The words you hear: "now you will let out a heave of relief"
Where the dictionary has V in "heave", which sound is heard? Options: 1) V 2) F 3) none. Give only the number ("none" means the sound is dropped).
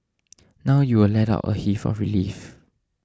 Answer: 2